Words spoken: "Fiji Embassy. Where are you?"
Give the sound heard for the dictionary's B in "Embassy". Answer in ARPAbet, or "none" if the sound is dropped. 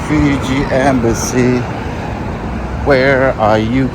B